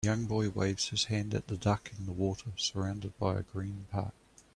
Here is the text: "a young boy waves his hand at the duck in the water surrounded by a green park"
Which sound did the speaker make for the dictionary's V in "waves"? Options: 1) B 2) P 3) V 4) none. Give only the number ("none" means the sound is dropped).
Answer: 3